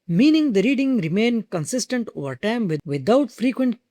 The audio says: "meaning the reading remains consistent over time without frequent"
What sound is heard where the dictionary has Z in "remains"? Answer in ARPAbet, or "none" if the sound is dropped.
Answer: none